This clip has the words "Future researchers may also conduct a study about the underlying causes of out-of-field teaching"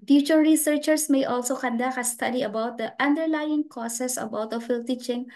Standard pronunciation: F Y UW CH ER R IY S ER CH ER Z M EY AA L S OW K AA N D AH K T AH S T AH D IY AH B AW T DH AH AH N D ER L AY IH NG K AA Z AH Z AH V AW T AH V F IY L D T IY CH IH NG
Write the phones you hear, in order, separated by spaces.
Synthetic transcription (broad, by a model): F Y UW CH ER R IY S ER CH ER S M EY AA L S OW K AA N D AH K AH S T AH D IY AH B AW T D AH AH N D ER L AY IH NG K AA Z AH S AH B AW T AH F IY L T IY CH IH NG